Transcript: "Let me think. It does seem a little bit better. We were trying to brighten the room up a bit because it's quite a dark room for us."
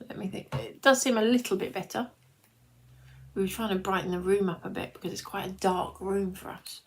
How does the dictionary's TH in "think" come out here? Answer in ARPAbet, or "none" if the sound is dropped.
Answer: TH